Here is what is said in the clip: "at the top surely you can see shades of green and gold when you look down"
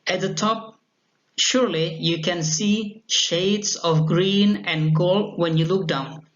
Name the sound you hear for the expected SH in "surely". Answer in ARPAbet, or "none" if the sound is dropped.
SH